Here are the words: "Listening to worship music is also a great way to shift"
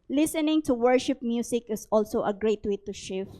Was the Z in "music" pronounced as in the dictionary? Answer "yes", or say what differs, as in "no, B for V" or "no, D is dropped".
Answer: no, S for Z